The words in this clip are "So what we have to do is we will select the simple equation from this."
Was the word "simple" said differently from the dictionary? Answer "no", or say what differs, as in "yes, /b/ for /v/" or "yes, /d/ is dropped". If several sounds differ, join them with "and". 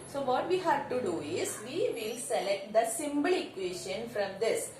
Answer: yes, /b/ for /p/